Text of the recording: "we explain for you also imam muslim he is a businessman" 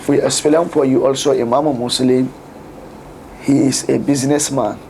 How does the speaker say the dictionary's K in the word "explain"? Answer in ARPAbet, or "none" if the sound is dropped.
none